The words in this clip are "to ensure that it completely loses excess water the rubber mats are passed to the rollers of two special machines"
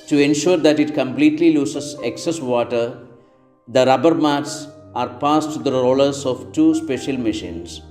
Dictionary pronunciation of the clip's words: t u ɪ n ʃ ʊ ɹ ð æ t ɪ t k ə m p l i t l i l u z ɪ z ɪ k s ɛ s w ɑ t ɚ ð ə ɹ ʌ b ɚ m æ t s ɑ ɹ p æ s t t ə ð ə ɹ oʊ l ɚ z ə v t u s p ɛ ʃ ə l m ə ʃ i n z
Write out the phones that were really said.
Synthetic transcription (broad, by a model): t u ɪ n ʃ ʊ ɹ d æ t ɪ t k ə m p l i t l i l u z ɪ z ɪ k s ɛ s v ɑ t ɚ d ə ɹ ʌ b ɚ m æ t s ɑ ɹ p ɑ s t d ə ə ɹ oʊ l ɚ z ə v t u s p ɛ ʃ ə l m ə ʃ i n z